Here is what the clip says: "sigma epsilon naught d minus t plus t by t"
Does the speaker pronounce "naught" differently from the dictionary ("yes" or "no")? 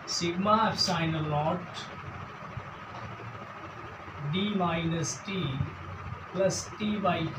yes